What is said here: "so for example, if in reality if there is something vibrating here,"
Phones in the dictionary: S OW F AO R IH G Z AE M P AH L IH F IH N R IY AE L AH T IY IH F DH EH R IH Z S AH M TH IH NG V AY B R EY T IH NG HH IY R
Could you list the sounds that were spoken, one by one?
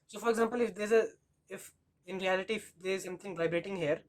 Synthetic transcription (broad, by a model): S OW F AO R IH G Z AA M P AH L IH F IH N R IY AE L AH T IY IH F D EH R IH Z S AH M T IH NG V AY B R EY T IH NG HH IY R